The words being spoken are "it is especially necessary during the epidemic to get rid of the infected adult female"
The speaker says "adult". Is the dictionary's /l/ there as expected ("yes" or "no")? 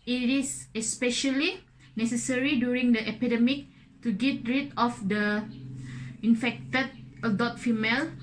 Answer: no